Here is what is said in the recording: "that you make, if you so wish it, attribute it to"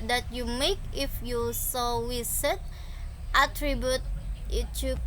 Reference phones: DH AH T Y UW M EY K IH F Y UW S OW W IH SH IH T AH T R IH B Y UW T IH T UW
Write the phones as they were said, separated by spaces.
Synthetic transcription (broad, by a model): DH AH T Y UW M EY K IH F Y UW S OW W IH S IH T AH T R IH B Y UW T IH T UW